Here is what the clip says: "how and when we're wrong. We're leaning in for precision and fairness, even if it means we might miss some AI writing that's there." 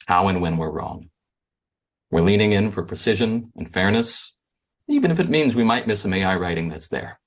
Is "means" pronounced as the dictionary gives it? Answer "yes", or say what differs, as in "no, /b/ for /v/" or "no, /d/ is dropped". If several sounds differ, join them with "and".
yes